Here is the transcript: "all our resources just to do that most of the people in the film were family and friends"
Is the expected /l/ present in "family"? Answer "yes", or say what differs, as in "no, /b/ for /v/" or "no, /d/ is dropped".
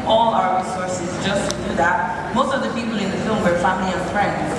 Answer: yes